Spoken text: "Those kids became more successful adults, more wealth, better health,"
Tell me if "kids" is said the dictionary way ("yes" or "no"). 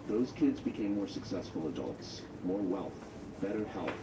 yes